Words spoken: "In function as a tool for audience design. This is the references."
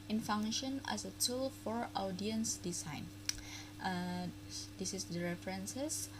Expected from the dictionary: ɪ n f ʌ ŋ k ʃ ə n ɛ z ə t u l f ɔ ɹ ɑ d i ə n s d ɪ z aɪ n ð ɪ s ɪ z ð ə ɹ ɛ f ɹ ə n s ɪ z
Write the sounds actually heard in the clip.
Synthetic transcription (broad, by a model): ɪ n f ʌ ŋ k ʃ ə n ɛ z ə t u l f ɔ ɹ ɑ d i ə n s d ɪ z aɪ n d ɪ s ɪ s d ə ɹ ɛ f ɹ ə n s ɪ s